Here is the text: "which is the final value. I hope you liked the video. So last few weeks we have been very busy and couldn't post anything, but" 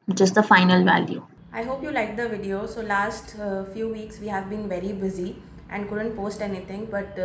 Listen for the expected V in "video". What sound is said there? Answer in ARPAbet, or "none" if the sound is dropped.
V